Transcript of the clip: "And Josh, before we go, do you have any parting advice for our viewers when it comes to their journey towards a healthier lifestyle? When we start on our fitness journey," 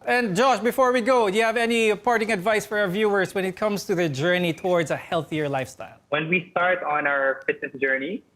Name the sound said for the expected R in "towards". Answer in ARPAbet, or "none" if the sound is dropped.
R